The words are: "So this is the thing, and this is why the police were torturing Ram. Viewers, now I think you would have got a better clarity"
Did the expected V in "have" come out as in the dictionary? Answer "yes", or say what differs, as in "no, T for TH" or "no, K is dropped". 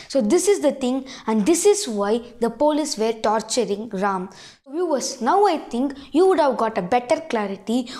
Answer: yes